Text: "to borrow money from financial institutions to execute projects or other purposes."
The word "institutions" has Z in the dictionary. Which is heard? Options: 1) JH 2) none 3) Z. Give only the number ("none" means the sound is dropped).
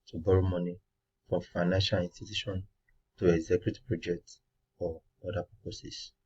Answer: 2